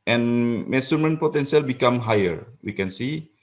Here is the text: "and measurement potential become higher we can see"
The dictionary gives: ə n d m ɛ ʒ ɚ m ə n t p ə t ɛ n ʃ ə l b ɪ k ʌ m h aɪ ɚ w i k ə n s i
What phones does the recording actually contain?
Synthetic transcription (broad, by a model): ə n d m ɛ s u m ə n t p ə t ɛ n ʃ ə l b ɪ k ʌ m h aɪ ɚ w i k ə n s i